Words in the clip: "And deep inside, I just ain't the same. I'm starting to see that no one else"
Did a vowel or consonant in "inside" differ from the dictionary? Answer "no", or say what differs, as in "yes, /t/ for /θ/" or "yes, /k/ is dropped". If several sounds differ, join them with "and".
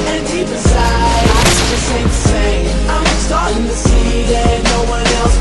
yes, /n/ is dropped and /d/ is dropped